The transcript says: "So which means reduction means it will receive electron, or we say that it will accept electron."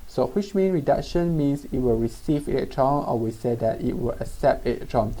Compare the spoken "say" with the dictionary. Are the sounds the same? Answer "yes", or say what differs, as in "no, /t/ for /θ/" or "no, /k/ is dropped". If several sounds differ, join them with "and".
yes